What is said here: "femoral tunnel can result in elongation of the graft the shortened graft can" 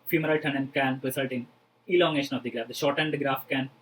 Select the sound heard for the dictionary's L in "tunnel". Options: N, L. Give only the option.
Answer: N